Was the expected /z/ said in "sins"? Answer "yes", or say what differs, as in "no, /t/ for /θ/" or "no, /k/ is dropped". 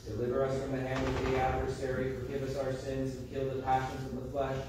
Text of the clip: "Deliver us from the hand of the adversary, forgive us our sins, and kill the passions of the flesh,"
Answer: yes